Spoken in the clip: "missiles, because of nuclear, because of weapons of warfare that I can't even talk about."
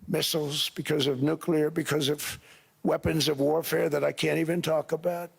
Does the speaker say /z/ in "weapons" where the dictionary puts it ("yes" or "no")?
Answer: yes